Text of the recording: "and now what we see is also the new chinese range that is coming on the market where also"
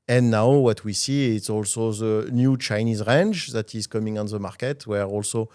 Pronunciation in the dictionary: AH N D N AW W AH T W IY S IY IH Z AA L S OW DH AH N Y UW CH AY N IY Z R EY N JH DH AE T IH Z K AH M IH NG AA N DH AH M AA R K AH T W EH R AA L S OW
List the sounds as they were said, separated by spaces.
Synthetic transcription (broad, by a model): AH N N AW W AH T W IY S IY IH S AA L S OW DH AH N Y UW CH AY N IY Z R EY N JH DH AE T IH Z K AH M IH NG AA N DH AH M AA R K AH T W EH R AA L S OW